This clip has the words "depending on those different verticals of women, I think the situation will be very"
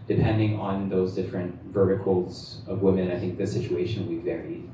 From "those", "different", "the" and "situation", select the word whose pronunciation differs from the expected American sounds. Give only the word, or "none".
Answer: none